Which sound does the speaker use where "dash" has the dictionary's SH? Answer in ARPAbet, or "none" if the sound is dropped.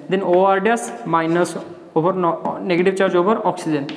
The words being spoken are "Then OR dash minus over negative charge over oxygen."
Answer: S